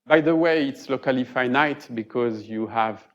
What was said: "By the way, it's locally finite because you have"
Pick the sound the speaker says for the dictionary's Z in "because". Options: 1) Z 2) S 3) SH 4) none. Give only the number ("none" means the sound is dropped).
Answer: 1